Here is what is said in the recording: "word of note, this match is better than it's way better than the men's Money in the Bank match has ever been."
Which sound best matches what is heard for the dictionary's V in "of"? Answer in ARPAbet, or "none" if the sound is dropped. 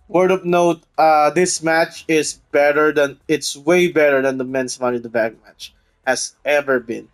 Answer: P